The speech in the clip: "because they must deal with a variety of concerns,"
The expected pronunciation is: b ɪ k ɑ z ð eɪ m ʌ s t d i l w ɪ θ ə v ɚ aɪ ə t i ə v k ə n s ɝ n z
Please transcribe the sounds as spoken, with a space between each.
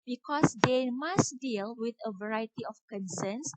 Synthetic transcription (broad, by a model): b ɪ k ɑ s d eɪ m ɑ s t d i l w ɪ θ ə v ɚ aɪ ə t i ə f k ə n s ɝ n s